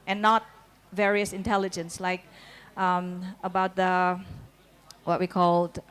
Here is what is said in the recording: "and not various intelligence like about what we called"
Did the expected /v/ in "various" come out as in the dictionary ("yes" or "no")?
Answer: yes